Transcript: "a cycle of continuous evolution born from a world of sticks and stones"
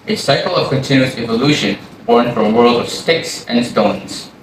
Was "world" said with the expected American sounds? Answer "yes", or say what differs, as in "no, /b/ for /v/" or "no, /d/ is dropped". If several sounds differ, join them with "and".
yes